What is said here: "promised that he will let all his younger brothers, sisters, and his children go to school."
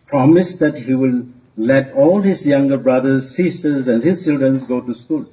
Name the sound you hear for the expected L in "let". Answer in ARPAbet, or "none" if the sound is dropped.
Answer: L